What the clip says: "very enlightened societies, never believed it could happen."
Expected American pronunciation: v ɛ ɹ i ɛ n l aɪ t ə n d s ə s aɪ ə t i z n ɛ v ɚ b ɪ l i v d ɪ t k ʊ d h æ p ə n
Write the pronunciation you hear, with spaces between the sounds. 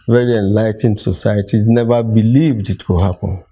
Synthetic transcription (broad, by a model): v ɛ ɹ i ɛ n l aɪ t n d s ə s aɪ ə t i z n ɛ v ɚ b ɪ l i v d ɪ t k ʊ h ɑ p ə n